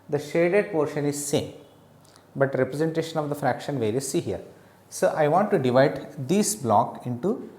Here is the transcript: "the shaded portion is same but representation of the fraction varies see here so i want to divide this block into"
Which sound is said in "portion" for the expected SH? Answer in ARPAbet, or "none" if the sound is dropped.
SH